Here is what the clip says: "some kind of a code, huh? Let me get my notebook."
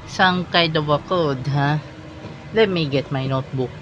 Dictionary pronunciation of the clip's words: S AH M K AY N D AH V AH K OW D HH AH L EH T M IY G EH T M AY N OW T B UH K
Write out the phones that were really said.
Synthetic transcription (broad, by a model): S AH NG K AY D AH W AH K OW D HH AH L EH T M IY G EH T M AY N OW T B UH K